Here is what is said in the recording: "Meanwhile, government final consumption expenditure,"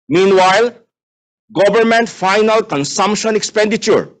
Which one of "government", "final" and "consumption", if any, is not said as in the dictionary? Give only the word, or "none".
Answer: government